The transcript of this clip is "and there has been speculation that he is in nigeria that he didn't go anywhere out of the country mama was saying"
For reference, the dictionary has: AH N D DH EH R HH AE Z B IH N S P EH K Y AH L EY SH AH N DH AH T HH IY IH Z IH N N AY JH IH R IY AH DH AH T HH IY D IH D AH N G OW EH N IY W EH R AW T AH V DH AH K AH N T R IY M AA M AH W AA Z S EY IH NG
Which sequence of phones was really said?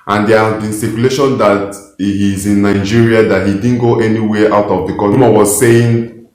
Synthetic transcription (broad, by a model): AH N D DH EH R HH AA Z B IH N S EH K Y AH L EY SH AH N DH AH T HH IY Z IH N N AY JH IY R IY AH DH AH T HH IY D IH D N G OW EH N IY W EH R AW T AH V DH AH K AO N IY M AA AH W AA Z S EY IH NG